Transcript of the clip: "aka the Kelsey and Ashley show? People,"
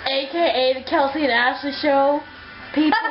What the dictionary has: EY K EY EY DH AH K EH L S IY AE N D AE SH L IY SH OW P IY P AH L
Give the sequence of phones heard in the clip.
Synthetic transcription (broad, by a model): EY K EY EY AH K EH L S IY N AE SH IY SH OW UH P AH